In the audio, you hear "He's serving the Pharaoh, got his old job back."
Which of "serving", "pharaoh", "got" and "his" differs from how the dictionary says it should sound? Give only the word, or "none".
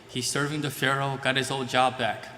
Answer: none